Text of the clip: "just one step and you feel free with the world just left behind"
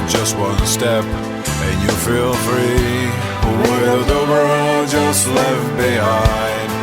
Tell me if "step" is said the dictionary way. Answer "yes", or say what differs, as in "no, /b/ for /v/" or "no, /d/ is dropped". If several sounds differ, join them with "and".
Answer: yes